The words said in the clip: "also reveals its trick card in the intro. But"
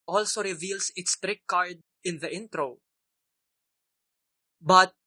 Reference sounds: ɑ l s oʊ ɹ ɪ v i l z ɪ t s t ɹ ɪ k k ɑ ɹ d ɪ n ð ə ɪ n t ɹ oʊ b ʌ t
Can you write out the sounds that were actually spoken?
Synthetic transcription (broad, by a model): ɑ l s oʊ ɹ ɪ v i l s ɪ t s t ɹ ɪ k k ɑ ɹ d ɪ n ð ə ɪ n t ɹ oʊ b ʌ t